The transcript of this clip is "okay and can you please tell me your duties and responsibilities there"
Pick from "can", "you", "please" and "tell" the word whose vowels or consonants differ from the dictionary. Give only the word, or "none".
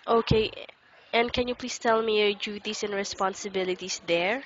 please